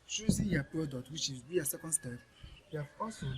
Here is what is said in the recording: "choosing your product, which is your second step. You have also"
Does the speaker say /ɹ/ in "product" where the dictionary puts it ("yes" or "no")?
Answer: no